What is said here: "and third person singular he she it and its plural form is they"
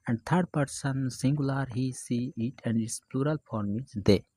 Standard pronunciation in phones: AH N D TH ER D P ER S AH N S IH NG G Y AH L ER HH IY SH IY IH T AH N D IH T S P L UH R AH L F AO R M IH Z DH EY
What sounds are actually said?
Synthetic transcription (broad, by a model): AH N D T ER D P ER S AH N S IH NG G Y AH L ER HH IY S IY IH T AH N D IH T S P L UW R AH L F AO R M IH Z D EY